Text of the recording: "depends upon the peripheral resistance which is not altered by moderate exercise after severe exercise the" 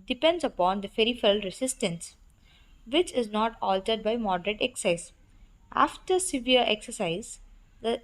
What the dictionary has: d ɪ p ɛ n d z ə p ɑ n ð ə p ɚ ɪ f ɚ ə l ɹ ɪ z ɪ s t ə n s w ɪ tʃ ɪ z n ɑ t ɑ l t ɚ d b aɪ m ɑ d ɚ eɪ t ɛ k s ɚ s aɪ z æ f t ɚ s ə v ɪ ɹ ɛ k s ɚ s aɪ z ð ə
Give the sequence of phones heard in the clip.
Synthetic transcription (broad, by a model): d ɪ p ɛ n d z ə p ɑ n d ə f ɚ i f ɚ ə l ɹ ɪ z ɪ s t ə n s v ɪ tʃ ɪ z n ɑ t ɑ l t ɚ d b aɪ m ɑ d ɚ eɪ t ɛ k s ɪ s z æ f t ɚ s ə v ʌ ɹ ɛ k s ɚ s aɪ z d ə